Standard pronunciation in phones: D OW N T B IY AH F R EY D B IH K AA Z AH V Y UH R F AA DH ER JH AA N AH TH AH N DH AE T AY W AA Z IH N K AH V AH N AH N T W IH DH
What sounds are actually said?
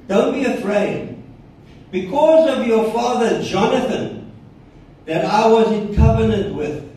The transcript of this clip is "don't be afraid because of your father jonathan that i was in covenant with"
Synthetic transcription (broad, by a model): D OW N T B IY AH F R EY D B IH K AA Z AH V Y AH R F AA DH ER JH AA N AH TH AH N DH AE T AY W AA Z IH N K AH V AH N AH N T W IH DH